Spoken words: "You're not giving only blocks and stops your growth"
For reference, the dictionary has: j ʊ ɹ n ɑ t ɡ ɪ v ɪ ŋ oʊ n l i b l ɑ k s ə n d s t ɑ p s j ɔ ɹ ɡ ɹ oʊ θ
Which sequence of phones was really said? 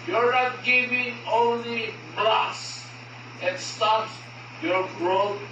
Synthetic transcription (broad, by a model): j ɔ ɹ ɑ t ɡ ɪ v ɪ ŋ oʊ n l i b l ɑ s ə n s t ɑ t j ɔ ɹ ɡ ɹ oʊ